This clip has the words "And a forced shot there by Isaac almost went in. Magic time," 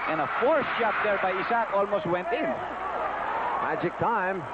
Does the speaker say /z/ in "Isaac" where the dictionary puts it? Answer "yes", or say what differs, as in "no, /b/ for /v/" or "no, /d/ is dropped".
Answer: no, /s/ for /z/